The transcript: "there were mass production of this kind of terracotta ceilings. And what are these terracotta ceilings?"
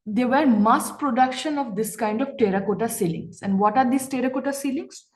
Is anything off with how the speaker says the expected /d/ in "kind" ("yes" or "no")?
no